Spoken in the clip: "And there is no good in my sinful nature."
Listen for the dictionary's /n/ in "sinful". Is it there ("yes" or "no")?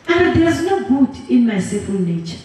no